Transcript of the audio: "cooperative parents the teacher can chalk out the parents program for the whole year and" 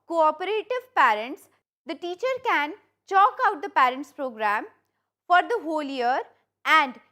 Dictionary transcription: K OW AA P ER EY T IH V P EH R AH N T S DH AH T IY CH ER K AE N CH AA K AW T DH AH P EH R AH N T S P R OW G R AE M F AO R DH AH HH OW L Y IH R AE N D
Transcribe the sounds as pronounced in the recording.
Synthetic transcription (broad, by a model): K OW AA P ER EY T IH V P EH R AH N T S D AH T IY CH ER K AE N CH AA K AW T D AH P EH R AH N T S P R OW G R AE M F AO R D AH HH OW L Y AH R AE N D